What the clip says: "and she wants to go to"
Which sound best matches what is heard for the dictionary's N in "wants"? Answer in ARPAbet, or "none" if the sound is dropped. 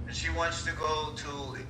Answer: N